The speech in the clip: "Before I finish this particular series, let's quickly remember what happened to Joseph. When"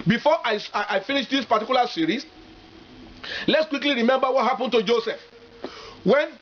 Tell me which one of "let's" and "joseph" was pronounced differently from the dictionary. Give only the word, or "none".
none